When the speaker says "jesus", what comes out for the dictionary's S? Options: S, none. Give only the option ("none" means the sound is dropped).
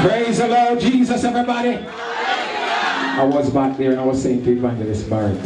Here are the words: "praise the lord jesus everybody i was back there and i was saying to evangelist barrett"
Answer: S